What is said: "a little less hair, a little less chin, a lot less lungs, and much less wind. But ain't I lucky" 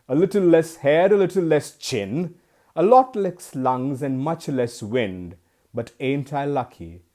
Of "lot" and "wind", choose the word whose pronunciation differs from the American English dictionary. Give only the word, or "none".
none